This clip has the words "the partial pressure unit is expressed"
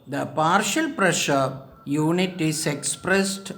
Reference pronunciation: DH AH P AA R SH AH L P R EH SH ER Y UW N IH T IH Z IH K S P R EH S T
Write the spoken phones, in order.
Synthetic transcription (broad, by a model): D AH P AA R SH AH L P R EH SH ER Y UW N IH T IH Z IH K S P R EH S T